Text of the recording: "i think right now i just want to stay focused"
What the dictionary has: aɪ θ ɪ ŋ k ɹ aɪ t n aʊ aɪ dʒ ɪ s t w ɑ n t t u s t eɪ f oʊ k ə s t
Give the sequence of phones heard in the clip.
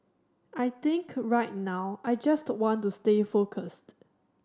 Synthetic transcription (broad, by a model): aɪ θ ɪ ŋ k ɹ aɪ t n aʊ aɪ dʒ ɪ s t w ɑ n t t u s t eɪ f oʊ k ə s t